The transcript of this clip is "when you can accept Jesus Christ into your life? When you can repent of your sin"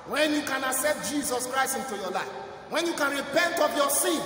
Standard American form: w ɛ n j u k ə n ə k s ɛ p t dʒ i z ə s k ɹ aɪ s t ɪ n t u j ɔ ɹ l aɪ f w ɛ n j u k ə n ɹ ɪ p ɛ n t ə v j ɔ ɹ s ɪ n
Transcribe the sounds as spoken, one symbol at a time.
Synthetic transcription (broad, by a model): w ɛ n j u k ə n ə s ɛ t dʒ i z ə s k ɹ aɪ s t ɪ n t u j ɔ l aɪ f w ɛ n j u k ə n ɹ ɪ p ɛ n t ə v j ɔ s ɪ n